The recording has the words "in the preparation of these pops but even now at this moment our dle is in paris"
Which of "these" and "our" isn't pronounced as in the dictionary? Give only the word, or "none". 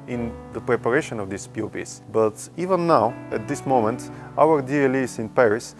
these